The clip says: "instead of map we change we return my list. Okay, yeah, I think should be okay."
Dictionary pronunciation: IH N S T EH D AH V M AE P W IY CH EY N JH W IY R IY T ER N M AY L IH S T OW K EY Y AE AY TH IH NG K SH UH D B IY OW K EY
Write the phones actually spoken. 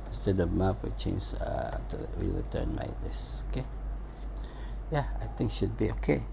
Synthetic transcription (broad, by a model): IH N S T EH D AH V M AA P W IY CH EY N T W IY L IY T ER N M AY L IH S OW K EY Y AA AY T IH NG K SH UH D B IY OW K EY